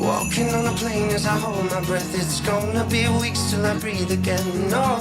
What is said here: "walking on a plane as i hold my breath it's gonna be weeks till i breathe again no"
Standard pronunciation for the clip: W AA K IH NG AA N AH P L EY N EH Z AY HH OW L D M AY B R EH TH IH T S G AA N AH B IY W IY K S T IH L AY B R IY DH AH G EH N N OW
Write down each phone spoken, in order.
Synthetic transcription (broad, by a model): W AA K IH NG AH N AH P L EY N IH Z AY HH OW L D M AY B R EH TH IH T S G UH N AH B IY W IY K S T IH L AY B R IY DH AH G EH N N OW